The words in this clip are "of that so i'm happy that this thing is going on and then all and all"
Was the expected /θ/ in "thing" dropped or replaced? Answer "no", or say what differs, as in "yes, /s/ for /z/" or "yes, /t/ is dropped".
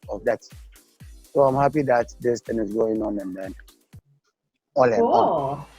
yes, /t/ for /θ/